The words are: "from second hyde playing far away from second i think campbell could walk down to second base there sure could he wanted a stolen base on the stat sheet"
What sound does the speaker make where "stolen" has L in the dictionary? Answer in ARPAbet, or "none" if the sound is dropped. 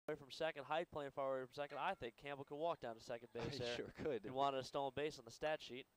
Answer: none